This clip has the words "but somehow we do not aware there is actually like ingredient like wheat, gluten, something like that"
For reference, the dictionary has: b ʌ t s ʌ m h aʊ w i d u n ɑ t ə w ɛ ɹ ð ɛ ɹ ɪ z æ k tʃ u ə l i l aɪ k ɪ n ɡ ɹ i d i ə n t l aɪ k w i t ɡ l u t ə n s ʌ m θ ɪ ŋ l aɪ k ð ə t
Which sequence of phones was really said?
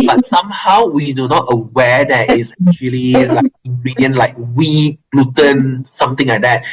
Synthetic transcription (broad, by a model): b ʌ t s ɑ m h aʊ w i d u n ɑ t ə w ɛ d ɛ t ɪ s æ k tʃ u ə l i l aɪ k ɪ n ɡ ɹ i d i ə n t l aɪ k w i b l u t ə n s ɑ m t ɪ ŋ l aɪ k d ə t